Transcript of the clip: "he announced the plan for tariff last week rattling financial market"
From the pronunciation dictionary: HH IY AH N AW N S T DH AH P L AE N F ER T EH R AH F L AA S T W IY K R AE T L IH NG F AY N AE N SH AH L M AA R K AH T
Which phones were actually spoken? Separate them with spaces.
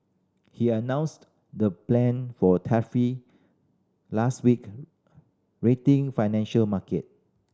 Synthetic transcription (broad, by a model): HH IY AH N AW N S T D AH P L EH N F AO T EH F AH L AA S T W IY K R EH T IH NG F AY N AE N SH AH L M AA K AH T